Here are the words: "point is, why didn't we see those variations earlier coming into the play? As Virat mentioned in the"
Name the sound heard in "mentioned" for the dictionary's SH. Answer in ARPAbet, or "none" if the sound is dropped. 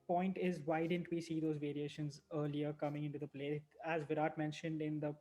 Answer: SH